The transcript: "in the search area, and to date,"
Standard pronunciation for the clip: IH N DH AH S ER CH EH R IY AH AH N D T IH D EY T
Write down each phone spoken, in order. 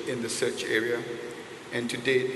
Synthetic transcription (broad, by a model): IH N DH AH S ER CH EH R IY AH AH N T IH D EY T